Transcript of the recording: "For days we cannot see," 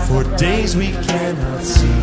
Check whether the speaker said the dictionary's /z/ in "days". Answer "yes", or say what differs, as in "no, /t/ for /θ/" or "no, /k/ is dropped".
yes